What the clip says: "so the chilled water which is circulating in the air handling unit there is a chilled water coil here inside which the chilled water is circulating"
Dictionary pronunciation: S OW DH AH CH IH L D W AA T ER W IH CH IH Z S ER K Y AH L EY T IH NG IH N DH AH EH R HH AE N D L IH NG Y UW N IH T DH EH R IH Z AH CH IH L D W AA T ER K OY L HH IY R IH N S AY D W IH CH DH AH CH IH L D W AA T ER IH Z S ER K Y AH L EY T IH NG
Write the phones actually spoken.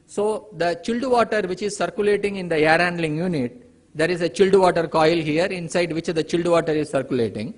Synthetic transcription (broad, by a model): S OW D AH CH IH L D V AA T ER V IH CH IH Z S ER K Y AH L EY T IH NG IH N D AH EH R HH AE N D L IH NG Y UW N IH T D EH R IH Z AH CH IH L D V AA T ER K OY L HH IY R IH N S AY D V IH CH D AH CH IH L D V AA T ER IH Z S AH K Y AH L EY T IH NG